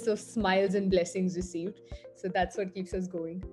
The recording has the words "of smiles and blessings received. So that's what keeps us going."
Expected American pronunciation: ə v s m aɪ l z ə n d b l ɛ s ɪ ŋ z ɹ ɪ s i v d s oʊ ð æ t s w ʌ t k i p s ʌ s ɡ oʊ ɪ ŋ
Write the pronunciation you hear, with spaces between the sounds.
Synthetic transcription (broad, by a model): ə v s m aɪ l z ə n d b l ɛ s ɪ ŋ z ɹ ɪ s i v d s oʊ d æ t s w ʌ t k i p s ʌ s ɡ oʊ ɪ ŋ